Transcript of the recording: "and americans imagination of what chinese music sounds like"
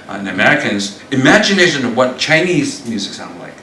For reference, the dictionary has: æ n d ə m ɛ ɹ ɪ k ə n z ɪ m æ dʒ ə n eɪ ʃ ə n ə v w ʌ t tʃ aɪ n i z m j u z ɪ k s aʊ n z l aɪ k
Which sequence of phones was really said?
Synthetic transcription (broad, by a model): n ə m ɛ ɹ ɪ k ə n z ɪ m æ dʒ ə n eɪ ʃ ə n ə v w ʌ t tʃ aɪ n i z m j u z ɪ k s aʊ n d l aɪ k